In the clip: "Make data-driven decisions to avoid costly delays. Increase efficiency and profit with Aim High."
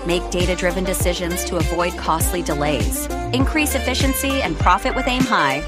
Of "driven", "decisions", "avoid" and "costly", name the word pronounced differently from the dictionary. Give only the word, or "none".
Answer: none